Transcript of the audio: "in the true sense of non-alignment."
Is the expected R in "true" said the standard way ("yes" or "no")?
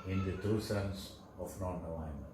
no